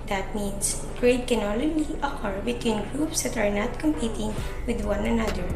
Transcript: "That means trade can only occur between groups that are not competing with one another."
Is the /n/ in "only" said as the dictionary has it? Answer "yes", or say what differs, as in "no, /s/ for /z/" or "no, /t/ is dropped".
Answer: no, /l/ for /n/